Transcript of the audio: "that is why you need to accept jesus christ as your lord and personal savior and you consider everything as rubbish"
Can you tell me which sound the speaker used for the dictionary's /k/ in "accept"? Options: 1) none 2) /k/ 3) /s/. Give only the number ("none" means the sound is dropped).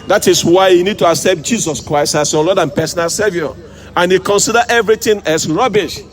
2